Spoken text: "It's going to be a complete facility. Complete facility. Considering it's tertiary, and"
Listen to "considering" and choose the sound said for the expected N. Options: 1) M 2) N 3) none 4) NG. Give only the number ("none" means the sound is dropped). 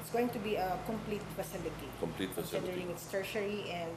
3